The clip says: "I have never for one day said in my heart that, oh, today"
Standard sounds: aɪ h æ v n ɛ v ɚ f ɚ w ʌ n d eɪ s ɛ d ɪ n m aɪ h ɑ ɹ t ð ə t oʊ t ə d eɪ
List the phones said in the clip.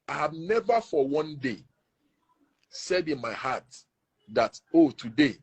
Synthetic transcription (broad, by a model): aɪ h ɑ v n ɛ v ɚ f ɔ w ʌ n d eɪ s ɛ d ɪ n m aɪ h ɑ t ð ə t oʊ t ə d eɪ